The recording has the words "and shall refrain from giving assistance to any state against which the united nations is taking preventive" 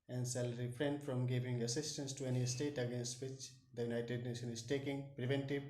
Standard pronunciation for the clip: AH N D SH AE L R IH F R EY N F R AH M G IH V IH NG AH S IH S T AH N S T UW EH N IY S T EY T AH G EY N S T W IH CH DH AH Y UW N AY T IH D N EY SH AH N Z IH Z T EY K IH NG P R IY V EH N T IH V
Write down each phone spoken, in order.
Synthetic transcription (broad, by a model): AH N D S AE L R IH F R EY N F R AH M G IH V IH NG AH S IH S T AH N S T UW EH N IY S T EY T AH G EY N S T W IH CH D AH Y UW N AY T IH D N EY SH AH N IH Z T EY K IH NG P R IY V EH N T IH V